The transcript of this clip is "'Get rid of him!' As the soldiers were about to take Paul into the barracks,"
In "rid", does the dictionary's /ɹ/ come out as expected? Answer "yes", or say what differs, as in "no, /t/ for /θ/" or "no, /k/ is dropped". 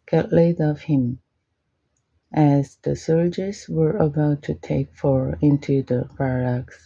no, /l/ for /ɹ/